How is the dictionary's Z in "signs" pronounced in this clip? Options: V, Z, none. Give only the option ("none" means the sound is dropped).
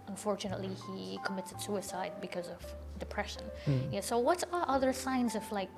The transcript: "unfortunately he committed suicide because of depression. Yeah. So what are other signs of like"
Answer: Z